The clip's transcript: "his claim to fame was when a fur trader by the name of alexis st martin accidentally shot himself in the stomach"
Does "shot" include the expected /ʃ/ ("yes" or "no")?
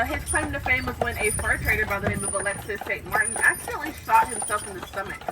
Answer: no